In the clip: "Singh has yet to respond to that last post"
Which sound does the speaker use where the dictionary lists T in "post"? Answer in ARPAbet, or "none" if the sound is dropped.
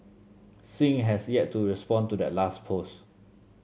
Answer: none